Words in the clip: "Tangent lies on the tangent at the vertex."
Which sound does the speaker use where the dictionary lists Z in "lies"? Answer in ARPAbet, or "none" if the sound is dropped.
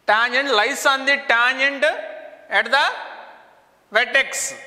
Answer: S